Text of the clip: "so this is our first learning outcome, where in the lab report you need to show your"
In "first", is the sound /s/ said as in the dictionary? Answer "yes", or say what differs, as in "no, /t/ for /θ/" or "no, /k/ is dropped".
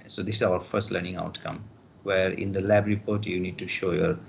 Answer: yes